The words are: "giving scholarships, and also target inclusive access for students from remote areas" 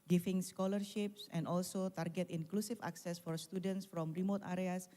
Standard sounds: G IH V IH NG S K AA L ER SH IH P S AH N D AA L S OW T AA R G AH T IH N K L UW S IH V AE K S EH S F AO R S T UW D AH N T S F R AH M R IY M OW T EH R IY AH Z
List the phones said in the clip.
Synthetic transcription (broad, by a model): G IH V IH NG S K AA L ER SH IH P S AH N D AA L S OW T AA R G AH T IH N K L UW S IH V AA K S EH S F AO R S T UW D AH N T S F R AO M R IY M OW T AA R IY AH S